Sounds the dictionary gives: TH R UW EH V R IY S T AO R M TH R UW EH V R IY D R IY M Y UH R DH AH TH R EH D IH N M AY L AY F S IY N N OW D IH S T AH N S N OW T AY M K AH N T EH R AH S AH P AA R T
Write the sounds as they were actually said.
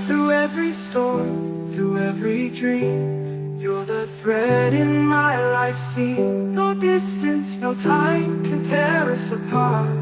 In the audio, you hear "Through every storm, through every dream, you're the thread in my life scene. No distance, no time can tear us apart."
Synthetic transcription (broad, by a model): TH R UW EH V R IY S T AO R TH R UW EH V R IY D R IY M Y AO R DH AH TH R EH D IH N M AY L AY F S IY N N OW D IH S T AH N S N OW T AY M K AH N T EH R AH S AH P AA R T